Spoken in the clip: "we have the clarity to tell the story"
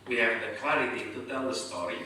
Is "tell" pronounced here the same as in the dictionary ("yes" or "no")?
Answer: yes